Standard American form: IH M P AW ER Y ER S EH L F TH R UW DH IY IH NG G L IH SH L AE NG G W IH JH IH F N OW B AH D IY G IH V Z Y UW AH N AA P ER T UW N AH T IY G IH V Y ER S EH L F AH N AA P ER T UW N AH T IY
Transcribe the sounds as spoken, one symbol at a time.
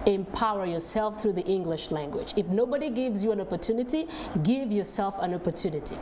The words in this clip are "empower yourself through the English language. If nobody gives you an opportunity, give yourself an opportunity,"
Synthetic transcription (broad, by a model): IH M P AW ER Y ER S EH L F TH R UW DH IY IH NG G L IH SH L AE NG G W IH JH IH F N OW B AH D IY G IH V Z Y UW AH N AA P ER T UW N AH T IY G IH V Y ER S EH L F AH N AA P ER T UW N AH T IY